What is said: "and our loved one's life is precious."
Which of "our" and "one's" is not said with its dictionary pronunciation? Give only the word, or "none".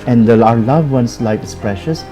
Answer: one's